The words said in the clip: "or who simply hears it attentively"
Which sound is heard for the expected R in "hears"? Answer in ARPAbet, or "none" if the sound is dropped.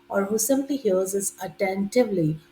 L